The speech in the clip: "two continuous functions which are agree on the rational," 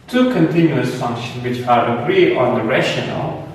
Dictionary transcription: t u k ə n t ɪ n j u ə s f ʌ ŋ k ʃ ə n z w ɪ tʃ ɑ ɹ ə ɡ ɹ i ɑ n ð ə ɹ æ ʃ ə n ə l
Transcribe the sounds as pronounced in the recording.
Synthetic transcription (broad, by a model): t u k ə n t ɪ n j u ə s f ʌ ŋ k ʃ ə n w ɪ tʃ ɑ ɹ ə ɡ ɹ i ɑ n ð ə ɹ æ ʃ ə n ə l